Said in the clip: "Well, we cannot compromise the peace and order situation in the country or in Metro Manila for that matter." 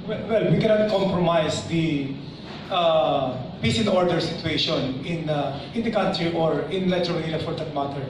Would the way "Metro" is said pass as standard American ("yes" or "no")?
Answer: no